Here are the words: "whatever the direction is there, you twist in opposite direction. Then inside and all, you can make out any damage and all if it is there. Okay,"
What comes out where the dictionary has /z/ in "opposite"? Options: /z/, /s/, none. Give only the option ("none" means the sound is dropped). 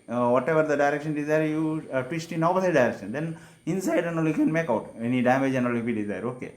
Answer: /s/